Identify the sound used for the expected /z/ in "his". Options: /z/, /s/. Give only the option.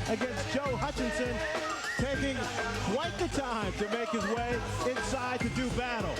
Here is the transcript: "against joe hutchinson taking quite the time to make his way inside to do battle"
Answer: /z/